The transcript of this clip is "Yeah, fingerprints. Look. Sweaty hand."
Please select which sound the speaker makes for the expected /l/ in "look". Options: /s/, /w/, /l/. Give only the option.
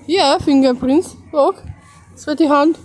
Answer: /w/